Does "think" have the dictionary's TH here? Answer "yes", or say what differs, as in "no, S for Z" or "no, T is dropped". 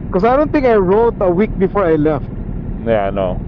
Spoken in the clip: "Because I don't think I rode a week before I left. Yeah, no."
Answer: no, T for TH